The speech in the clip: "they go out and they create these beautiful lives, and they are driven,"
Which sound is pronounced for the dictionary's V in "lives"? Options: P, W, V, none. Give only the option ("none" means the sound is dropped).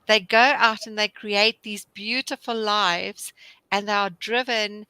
V